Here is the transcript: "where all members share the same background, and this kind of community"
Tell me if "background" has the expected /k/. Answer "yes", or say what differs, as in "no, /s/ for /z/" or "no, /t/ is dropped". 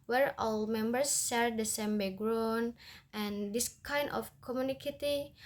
no, /k/ is dropped